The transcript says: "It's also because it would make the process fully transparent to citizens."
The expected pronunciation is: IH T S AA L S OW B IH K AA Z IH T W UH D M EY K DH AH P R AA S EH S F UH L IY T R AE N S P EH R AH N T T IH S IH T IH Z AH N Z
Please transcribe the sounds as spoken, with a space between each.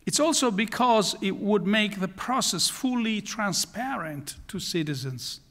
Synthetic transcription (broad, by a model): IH T S AA L S OW B IH K AA Z IH T W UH D M EY K DH AH P R AA S EH S F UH L IY T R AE N S P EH R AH N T T IH S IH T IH Z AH N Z